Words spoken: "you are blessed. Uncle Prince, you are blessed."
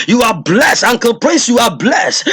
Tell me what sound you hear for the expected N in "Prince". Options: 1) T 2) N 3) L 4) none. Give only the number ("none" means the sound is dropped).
4